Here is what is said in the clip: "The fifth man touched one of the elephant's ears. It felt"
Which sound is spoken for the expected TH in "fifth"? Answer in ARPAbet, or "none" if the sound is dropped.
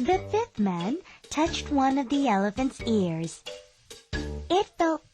TH